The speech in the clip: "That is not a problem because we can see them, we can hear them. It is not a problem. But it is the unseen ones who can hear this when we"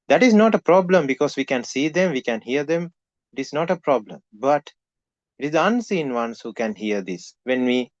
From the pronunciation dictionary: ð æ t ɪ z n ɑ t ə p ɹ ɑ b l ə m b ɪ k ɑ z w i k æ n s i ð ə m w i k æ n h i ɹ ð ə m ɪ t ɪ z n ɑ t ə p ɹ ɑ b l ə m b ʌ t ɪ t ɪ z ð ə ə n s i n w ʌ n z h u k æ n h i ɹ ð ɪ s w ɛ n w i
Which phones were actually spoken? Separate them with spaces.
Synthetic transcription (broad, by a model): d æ t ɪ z n ɑ t ə p ɹ ɑ b l ə m b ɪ k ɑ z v i k æ n s i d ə m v i k æ n h i ɹ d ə m ɪ t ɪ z n ɑ t ə p ɹ ɑ b l ə m b ʌ t ɪ t ɪ z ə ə n s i n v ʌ n s h u k æ n h i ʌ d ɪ s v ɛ n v i